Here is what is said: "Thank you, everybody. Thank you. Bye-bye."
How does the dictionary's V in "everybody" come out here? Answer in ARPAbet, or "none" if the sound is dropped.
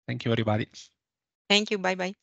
none